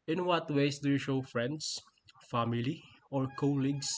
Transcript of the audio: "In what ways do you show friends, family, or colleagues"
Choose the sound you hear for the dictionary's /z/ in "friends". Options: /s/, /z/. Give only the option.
/s/